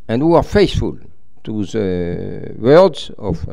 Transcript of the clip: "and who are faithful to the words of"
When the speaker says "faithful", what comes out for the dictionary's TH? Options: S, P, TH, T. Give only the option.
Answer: S